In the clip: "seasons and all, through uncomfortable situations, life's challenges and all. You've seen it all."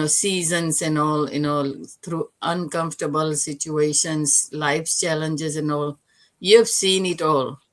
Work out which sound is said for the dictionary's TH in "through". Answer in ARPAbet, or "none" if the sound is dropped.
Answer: T